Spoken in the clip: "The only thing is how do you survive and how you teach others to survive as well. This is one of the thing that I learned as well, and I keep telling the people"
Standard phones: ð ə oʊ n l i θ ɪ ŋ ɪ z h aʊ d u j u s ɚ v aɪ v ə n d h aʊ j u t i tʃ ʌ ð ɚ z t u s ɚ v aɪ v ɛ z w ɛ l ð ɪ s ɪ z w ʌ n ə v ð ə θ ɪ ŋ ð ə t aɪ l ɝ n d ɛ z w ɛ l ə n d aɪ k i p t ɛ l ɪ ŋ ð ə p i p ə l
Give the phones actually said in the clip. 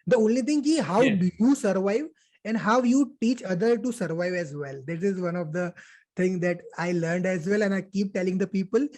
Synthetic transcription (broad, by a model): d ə oʊ n l i t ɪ ŋ ɪ z h aʊ d u j u s ɚ v aɪ v ə n d h aʊ j u t i tʃ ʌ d ɚ t u s ɚ v aɪ v ɛ z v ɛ l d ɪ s ɪ z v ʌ n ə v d ə t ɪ ŋ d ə t aɪ l ɝ n d ɛ z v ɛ l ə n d aɪ k i p t ɛ l ɪ ŋ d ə p i p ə l